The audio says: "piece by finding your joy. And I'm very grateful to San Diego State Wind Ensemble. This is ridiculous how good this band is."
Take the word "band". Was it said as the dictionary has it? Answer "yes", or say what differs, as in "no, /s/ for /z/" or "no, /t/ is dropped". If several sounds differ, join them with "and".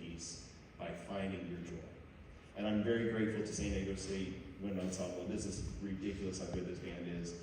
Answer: yes